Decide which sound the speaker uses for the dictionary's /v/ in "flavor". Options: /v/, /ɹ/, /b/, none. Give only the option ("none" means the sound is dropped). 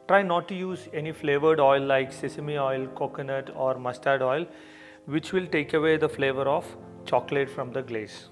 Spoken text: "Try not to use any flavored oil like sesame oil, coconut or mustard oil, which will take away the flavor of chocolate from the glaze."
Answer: /v/